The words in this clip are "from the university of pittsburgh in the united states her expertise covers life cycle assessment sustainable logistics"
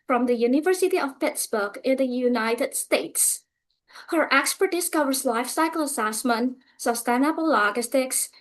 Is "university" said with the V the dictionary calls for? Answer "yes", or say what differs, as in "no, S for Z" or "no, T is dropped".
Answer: yes